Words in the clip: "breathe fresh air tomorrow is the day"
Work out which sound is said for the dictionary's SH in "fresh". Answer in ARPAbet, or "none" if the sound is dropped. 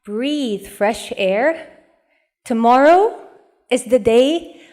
SH